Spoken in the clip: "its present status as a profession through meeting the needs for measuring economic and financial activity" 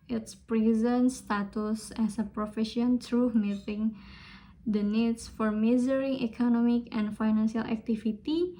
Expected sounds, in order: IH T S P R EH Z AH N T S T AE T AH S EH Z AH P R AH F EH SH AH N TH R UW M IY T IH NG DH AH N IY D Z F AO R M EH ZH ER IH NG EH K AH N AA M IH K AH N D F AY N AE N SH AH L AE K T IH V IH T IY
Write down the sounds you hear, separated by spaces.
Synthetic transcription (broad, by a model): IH T S P R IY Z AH N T S T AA T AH S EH S AH P R AH F EH SH AH N T R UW M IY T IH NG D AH N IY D S F AO R M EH Z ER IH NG EH K AH N AA M IH K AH N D F AY N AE N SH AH L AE K T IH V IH T IY